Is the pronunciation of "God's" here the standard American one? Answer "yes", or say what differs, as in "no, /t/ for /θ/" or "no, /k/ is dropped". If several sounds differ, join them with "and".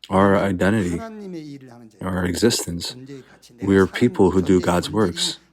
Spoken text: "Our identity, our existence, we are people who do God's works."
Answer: yes